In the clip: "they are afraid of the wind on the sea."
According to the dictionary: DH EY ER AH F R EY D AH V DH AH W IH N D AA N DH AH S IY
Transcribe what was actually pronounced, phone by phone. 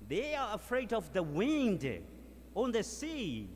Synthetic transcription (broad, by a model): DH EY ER AH F R EY D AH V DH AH W IH N D AA N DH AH S IY